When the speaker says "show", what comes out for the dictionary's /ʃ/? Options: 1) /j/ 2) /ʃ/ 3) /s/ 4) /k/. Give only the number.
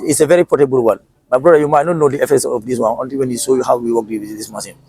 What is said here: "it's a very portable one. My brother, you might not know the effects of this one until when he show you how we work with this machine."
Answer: 3